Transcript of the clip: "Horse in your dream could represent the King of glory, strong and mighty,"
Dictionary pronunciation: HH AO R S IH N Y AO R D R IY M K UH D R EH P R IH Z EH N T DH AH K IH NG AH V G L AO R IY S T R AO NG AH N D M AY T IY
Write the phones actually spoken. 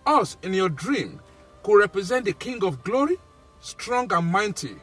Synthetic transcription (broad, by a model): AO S IH N Y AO D R IY M K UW R EH P R IH Z EH N T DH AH K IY NG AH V G L AO R IY S T R AO NG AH N M AY T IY